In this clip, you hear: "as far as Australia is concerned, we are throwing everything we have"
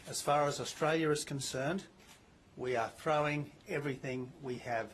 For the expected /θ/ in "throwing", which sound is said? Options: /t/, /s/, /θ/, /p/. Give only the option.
/θ/